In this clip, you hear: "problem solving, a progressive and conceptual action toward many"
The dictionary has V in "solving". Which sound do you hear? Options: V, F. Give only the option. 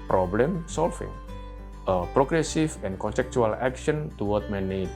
F